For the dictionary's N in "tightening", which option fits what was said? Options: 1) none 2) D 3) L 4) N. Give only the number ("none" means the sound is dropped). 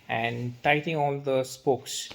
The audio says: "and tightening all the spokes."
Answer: 1